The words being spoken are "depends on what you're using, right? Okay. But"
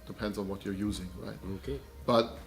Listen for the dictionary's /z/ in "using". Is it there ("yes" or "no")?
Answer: yes